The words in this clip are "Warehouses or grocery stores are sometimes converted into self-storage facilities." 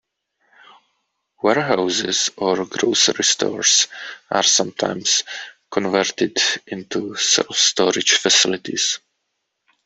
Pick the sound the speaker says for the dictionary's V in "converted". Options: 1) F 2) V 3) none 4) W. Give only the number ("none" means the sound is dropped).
2